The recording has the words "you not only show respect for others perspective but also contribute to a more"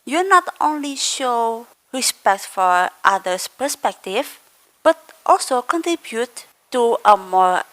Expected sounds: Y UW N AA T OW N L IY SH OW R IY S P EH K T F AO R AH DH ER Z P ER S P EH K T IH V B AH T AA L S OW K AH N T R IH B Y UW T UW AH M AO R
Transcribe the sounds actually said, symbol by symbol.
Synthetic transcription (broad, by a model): Y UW N AA T OW N L IY SH OW R IY S P EH K T F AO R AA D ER S P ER S P EH K T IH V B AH T AA L S OW K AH N T R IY B Y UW T UW AH M AO R